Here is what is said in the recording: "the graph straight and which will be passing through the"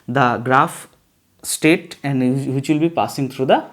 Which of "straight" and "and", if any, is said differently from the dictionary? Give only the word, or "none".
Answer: straight